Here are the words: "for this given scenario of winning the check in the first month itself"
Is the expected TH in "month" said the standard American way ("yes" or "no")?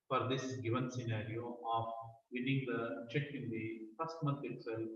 no